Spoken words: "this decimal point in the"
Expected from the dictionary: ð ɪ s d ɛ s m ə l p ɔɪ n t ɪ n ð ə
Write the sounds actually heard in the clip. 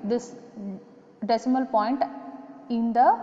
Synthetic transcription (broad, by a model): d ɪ s d ɛ s m ə l p ɔɪ n t ɪ n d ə